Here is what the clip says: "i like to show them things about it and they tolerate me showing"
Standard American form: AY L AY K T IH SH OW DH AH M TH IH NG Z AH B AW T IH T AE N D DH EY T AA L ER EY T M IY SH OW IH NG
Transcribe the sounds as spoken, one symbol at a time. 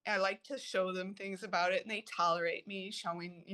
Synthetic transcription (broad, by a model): AY L AY K T IH SH OW DH AH M TH IH NG Z AH B AW T IH T N DH EY T AA L ER EY T M IY SH OW IH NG